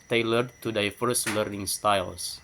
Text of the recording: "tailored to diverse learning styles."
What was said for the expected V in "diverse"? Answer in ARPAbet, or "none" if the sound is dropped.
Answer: F